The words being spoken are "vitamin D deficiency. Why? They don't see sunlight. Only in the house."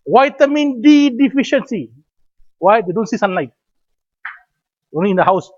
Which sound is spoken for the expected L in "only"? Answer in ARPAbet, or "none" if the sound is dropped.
none